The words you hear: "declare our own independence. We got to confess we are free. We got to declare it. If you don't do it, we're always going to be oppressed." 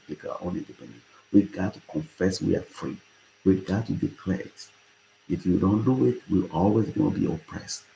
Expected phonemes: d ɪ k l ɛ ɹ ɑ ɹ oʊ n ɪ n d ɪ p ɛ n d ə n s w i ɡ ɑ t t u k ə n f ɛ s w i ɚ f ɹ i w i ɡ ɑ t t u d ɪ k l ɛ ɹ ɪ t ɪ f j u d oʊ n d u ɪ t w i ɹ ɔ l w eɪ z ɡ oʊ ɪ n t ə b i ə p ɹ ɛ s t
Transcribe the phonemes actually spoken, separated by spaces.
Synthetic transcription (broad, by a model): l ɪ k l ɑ oʊ n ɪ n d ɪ p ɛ n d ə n w i ɡ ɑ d t u k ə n f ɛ s w i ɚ f ɹ i w i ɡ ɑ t t u d ɪ k l ɛ ɹ ɪ t ɪ f j u d oʊ n d u ɪ t w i l ɔ l w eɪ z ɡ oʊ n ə b i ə p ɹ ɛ s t